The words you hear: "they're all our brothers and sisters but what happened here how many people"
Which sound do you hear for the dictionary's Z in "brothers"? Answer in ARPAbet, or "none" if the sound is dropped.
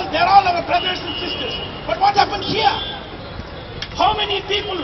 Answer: S